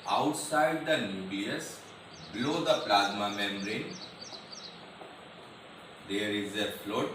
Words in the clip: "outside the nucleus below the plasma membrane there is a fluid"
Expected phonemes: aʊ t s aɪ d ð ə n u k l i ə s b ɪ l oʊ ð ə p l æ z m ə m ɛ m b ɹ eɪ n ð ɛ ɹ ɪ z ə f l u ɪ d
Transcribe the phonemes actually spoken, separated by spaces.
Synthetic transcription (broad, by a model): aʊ t s aɪ d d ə n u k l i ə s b l oʊ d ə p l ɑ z m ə m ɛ m ɹ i n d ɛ ɹ ɪ z ə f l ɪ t